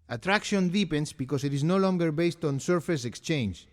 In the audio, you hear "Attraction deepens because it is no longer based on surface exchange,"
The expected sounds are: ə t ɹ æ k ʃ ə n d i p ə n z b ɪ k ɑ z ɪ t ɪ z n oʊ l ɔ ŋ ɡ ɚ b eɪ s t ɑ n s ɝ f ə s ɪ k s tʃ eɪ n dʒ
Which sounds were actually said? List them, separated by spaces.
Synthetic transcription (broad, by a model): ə t ɹ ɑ k ʃ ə n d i p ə n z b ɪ k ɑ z ɪ t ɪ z n oʊ l ɔ ŋ ɡ ɚ b eɪ s t ɑ n s ɝ f ə s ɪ k s tʃ eɪ n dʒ